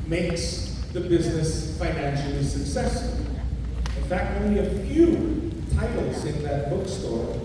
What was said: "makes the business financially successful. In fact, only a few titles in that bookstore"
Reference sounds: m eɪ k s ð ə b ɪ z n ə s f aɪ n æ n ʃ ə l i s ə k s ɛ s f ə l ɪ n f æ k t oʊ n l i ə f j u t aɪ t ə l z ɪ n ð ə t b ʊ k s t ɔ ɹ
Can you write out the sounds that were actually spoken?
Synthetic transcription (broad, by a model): m eɪ k s ð ə b ɪ z n ə s f aɪ n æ n ʃ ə l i s ə k s ɛ s f ə l ɪ n f æ k t oʊ n l i ə f j u t aɪ t l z ɪ n ð ə t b ʊ k s t ɔ ɹ